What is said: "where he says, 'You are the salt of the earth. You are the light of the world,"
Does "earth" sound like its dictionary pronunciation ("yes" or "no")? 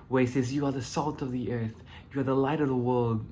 yes